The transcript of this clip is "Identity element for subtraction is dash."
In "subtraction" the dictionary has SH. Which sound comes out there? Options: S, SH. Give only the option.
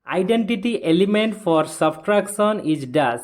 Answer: S